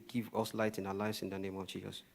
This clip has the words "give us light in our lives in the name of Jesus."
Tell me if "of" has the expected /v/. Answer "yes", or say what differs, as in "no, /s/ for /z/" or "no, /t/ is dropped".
yes